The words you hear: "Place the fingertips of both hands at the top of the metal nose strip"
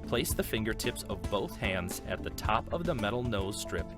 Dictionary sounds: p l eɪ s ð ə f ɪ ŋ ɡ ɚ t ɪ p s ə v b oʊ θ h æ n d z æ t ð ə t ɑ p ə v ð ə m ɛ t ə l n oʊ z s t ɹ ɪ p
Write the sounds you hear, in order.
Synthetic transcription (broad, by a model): p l eɪ s ð ə f ɪ ŋ ɡ ɚ t ɪ p s ə v b oʊ θ h æ n d z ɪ t ð ə t ɑ p ə v ð ə m ɛ t l n oʊ z s t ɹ ɪ p